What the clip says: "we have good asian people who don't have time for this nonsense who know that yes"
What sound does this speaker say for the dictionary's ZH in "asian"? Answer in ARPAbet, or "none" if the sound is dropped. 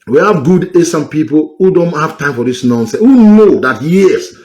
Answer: S